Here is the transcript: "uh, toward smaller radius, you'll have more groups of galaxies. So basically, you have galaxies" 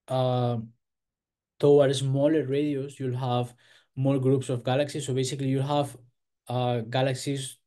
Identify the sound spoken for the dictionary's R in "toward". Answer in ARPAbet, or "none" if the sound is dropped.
W